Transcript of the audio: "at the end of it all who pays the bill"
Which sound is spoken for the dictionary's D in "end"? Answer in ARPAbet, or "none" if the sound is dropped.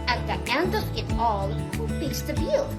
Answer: D